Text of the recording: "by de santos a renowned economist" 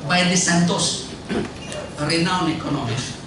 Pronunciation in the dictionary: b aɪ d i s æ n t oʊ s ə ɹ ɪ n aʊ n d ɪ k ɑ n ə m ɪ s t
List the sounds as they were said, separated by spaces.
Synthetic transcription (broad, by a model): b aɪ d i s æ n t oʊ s ɹ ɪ n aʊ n ɪ k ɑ n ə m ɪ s